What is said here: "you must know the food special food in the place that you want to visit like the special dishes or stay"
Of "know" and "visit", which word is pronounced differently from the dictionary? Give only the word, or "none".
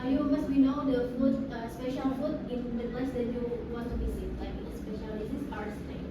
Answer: visit